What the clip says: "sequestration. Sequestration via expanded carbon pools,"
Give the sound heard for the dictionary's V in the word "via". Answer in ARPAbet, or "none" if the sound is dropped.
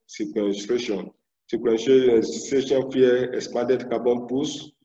F